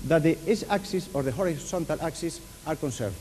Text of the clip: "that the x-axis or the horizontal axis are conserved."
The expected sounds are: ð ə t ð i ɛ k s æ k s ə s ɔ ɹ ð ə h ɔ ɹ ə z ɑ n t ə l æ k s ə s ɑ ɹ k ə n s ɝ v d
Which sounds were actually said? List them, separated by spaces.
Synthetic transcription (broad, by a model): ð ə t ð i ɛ s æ k s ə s ɔ ɹ ð ə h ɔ ɹ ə s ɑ n t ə l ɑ k s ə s ɑ ɹ k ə n s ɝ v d